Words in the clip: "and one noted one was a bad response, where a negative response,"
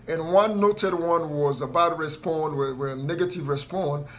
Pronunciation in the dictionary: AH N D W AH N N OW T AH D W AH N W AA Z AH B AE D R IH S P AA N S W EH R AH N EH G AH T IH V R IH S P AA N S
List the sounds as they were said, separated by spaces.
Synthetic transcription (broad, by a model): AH N W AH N N OW T AH D W AH N W AA Z AH B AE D R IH S P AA N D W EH W AH N EH G AH T IH V R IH S P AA N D